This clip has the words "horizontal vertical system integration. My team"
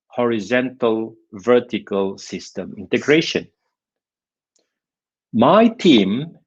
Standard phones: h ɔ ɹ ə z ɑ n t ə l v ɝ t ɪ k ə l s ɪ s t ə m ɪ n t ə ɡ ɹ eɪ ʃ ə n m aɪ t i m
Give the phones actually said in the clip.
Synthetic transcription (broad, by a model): h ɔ ɹ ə z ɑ n t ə l v ɝ t ɪ k ə l s ɪ s t ə m ɪ n t ə ɡ ɹ eɪ ʃ ə n m aɪ t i m